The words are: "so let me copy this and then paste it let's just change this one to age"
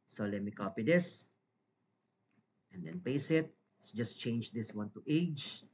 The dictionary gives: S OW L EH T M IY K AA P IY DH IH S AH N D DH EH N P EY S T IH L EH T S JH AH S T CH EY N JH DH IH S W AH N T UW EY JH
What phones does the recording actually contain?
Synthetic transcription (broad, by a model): S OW L EH T M IY K AA P IY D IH S AH N D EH N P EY S IH T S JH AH S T CH EY N JH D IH S W AH N T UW EY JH